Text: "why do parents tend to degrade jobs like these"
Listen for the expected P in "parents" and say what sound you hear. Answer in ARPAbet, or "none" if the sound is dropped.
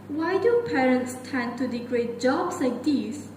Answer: P